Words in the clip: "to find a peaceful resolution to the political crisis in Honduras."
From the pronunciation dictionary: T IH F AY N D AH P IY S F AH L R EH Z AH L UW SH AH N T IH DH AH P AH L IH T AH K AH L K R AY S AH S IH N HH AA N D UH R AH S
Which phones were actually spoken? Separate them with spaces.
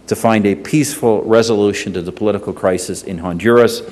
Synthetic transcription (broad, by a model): T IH F AY N D AH P IY S F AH L R EH Z AH L UW SH AH N T IH DH AH P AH L IH T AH K L K R AY S AH S IH N HH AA N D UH R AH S